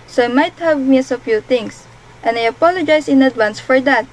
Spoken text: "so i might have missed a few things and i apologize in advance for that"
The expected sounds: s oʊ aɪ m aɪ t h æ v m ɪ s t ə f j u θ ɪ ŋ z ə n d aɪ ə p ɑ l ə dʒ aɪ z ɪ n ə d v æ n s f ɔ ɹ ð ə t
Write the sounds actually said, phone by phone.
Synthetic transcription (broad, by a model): s oʊ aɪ m aɪ t h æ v m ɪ s ə f j u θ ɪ ŋ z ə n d aɪ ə p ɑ l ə dʒ aɪ s ɪ n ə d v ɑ n s f ɔ ɹ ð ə t